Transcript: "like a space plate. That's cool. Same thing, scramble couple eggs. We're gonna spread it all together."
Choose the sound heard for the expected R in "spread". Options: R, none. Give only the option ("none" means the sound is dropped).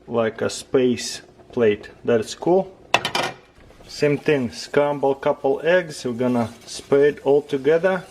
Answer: none